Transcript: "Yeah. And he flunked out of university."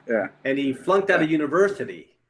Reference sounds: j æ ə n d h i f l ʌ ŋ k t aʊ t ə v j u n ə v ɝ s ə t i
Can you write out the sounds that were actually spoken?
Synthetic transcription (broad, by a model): j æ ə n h i f l ʌ ŋ k t aʊ t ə j u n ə v ɝ s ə t i